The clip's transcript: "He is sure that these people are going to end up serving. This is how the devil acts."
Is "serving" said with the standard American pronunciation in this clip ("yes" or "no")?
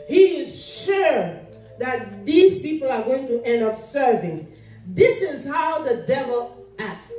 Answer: yes